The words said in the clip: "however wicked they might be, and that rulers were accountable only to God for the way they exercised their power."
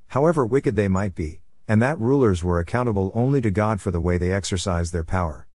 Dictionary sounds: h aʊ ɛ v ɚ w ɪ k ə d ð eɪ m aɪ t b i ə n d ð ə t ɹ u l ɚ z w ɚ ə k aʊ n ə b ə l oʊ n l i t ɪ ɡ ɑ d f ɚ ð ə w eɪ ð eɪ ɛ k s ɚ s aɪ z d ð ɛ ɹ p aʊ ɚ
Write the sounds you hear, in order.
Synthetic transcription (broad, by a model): h aʊ ɛ v ɚ w ɪ k ə d ð eɪ m aɪ t b i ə n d ð ə t ɹ u l ɚ z w ɚ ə k aʊ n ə b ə l oʊ n l i t ɪ ɡ ɑ d f ɚ ð ə w eɪ ð eɪ ɛ k s ɚ s aɪ z ð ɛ ɹ p aʊ ɚ